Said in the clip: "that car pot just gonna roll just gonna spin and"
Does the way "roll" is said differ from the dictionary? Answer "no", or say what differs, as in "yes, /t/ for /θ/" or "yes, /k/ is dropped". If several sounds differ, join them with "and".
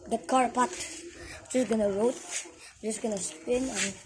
yes, /w/ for /l/